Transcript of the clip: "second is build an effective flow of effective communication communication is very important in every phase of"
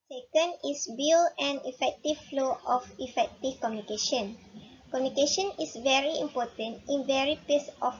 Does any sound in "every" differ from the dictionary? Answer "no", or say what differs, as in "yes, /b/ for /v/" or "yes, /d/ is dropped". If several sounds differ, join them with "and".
yes, /v/ is dropped